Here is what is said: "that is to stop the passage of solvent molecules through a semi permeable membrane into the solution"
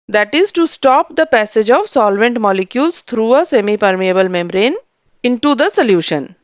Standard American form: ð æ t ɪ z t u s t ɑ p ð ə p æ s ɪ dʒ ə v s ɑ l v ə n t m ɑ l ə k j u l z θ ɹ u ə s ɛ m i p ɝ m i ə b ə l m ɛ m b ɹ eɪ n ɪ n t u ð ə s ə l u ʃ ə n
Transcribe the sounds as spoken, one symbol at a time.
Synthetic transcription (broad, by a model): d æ t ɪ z t u s t ɑ p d ə p æ s ɪ dʒ ə v s ɑ l v ə n t m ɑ l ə k j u l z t ɹ u ə s ɛ m i p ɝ m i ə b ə l m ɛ m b ɹ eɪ n ɪ n t u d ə s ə l u ʃ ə n